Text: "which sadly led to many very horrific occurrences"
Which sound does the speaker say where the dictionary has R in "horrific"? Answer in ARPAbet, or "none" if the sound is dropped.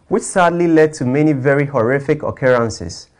R